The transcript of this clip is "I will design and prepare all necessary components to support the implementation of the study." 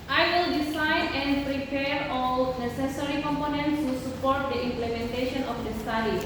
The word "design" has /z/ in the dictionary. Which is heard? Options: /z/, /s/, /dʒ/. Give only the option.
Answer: /s/